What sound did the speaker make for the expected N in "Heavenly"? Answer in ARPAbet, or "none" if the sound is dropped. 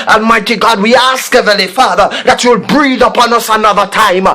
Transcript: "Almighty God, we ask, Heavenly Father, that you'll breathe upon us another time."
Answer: none